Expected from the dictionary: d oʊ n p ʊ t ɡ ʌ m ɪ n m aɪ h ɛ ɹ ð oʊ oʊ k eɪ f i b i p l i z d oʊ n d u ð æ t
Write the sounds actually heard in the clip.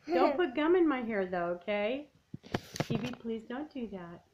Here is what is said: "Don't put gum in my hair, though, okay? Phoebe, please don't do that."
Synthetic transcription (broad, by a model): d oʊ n p ʊ t ɡ ʌ m ɪ n m aɪ h ɛ ɹ ð oʊ oʊ k eɪ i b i p l i z d oʊ n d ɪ ð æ t